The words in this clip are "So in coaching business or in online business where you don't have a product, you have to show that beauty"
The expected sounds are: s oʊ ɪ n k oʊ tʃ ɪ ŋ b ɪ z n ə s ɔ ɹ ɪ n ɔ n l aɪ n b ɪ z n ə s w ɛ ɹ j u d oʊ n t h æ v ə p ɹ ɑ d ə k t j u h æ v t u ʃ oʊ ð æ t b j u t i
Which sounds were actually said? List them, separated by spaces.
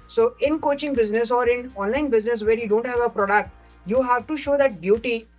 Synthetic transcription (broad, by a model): s oʊ ɪ n k oʊ tʃ ɪ ŋ b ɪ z n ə s ɔ ɹ ɪ n ɔ n l aɪ n b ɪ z n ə s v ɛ ɹ j u d oʊ n t h æ v ə p ɹ ɑ d ə k t j u h æ v t u ʃ oʊ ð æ t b j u t i